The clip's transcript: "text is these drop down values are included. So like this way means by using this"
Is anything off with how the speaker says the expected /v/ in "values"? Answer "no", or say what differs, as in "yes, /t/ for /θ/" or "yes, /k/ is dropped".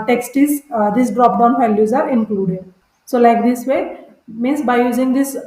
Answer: yes, /f/ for /v/